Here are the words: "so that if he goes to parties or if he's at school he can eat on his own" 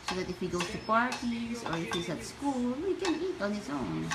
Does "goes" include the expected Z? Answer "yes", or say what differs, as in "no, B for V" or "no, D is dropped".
no, S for Z